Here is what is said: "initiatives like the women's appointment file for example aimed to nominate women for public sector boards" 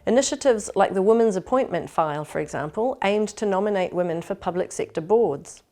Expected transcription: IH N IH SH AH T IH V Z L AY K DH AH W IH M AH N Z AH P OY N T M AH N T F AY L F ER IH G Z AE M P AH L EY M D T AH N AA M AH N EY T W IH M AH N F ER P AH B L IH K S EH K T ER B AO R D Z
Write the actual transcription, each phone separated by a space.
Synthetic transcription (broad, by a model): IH N IH SH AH T IH V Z L AY K DH AH W IH M AH N Z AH P OY N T M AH N T F AY L F ER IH G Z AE M P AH L EY M T AH N AA M AH N EY T W IH M AH N F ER P AH B L IH K S EH K T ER B AO D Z